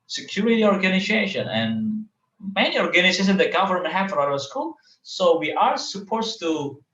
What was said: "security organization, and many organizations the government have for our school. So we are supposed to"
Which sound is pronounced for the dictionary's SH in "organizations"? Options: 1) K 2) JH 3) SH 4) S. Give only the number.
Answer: 4